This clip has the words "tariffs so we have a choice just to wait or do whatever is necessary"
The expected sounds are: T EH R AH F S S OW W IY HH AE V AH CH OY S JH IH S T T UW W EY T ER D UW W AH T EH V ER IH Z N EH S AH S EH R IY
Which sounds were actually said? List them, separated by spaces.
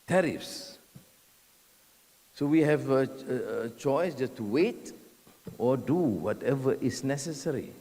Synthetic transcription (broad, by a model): T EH R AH F S S OW W IY HH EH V AH CH OY S JH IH S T T UW W EY T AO D UW W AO T EH V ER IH S N EH S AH S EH R IY